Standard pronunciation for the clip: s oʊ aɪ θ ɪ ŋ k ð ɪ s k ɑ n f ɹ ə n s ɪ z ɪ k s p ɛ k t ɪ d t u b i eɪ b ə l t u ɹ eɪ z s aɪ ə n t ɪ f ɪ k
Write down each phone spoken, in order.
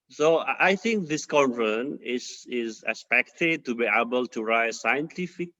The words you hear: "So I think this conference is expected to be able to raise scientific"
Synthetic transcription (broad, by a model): s oʊ aɪ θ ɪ ŋ k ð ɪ s k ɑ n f ə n ɪ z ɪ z s p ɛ k t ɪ d t u b i eɪ b ə l t u ɹ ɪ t s aɪ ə n t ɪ f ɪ k